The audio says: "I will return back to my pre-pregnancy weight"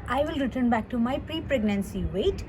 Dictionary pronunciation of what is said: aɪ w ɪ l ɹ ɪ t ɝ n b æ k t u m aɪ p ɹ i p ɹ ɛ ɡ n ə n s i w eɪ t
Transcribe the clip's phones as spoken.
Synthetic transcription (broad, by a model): aɪ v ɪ l ɹ ɪ t ɝ n b æ k t u m aɪ p ɹ i p ɹ ɛ ɡ n ə n s i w eɪ t